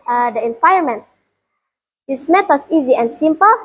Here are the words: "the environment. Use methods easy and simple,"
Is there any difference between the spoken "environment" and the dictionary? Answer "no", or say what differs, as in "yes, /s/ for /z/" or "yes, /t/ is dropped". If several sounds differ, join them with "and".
yes, /ɹ/ is dropped